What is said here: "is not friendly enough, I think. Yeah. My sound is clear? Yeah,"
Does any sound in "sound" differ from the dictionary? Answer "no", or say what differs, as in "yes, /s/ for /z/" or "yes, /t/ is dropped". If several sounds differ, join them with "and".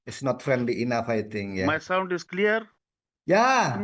no